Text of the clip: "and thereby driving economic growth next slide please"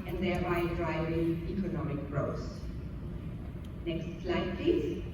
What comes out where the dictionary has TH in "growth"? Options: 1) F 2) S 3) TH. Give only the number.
2